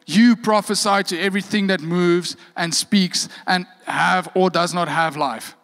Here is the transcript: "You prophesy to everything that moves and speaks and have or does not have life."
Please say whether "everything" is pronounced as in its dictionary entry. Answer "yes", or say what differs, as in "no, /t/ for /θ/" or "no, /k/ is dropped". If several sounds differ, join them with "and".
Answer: yes